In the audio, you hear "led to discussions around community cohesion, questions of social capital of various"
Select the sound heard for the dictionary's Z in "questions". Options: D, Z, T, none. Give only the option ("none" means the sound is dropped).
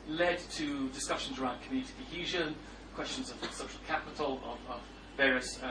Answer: Z